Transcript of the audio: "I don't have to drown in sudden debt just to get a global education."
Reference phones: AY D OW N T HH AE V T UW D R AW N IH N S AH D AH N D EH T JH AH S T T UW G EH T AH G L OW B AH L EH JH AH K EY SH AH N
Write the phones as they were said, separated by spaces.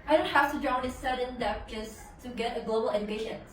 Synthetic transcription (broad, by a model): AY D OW N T HH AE F T UW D R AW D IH S AH D AH N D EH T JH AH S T T UW G EH T AH G L OW B AH L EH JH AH K EY SH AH N